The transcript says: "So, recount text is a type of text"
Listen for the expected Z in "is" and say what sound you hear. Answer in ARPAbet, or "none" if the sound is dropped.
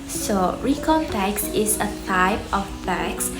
S